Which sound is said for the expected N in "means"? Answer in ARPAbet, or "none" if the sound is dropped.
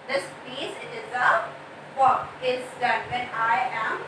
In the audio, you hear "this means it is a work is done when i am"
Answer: none